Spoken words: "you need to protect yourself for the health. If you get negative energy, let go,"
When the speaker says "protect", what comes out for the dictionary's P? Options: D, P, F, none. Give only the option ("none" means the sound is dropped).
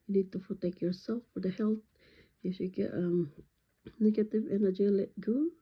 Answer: F